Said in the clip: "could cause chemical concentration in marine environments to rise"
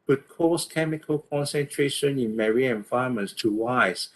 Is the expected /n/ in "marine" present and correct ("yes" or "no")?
no